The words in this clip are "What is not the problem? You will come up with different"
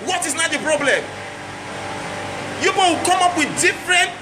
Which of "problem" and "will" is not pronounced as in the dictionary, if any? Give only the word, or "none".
will